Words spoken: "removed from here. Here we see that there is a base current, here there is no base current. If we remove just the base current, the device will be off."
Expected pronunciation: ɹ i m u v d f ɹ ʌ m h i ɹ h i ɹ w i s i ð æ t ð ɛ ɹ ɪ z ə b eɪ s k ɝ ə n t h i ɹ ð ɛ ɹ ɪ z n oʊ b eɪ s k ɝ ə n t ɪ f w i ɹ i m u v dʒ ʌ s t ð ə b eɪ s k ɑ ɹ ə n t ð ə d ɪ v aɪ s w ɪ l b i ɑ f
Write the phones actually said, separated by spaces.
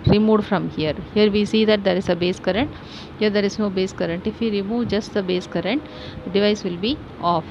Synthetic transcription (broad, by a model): ɹ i m u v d f ɹ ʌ m h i ɹ h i ɹ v i s i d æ t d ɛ ɹ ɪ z ə b eɪ s k ɝ ə n t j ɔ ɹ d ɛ ɹ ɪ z n oʊ b eɪ s k ɝ ə n t ɪ f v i ɹ i m u v dʒ ʌ s t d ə b eɪ s k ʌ ɹ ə n t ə d ɪ v aɪ s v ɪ l b i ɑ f